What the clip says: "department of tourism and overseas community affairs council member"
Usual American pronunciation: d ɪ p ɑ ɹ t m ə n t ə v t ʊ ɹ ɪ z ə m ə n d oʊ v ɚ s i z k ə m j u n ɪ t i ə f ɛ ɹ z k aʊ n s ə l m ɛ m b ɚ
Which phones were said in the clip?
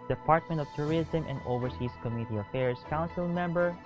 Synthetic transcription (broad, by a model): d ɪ p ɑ ɹ t m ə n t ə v t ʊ ɹ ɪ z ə m ə n d oʊ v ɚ s i s k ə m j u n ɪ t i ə f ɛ ɹ s k aʊ n s ə l m ɛ m b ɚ